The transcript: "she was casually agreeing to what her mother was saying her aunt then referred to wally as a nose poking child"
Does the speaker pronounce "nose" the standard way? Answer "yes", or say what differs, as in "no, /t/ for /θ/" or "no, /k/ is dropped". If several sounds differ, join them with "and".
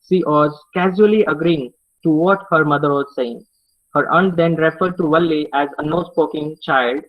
no, /s/ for /z/